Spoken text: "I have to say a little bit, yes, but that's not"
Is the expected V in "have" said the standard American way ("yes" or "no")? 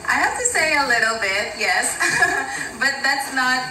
no